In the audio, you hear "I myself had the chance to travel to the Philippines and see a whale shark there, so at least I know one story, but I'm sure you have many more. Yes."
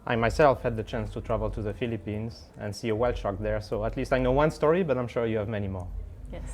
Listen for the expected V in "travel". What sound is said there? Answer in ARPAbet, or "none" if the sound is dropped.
V